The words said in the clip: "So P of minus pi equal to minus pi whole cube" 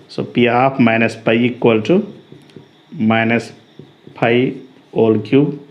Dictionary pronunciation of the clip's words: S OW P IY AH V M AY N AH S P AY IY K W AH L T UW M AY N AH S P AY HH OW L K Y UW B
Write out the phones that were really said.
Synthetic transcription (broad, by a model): S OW P IY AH P M AY N AH S P AY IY K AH L T UW M AY N AH S P AY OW L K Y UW